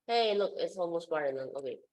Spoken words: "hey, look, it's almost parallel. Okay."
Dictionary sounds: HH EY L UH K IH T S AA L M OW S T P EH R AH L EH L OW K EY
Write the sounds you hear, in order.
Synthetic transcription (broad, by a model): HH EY L UH K IH T S AA L M OW S T B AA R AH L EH N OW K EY